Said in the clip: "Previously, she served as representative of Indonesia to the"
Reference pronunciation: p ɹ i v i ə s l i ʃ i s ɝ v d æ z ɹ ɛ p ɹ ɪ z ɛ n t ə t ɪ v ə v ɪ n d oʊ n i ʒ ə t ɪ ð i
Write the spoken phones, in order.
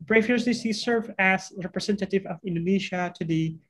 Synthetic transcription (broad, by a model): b ɹ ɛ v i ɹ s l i s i s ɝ v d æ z ɹ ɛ p ɹ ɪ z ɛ n t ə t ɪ v ə v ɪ n d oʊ n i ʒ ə t ɪ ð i